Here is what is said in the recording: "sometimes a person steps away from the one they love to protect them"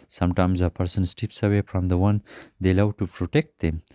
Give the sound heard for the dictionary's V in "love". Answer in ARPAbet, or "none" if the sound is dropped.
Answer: W